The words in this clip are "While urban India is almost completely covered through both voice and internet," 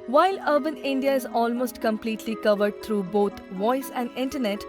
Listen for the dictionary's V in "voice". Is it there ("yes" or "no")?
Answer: yes